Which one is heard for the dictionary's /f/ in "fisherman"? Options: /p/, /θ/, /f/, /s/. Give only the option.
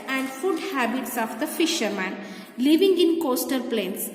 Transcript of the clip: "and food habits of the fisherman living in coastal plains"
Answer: /f/